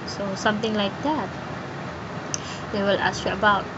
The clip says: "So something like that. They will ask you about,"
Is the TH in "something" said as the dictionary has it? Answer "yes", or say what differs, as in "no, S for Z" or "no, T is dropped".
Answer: no, T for TH